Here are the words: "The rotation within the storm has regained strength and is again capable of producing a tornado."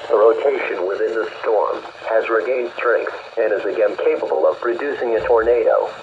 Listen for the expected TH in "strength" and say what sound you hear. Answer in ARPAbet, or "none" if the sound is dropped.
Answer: S